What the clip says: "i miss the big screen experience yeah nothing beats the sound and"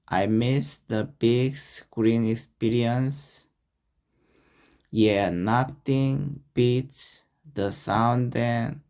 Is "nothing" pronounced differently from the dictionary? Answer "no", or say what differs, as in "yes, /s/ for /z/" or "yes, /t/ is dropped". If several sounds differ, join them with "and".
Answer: yes, /t/ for /θ/